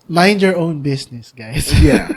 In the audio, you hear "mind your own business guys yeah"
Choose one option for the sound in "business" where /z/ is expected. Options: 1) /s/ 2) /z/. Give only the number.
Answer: 1